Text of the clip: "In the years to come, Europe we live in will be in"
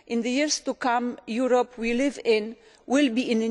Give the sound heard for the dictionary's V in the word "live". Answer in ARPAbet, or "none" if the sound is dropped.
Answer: V